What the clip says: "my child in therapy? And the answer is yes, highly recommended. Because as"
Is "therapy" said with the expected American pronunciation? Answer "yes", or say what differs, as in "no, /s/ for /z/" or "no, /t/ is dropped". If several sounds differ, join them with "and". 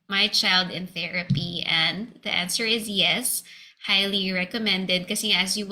yes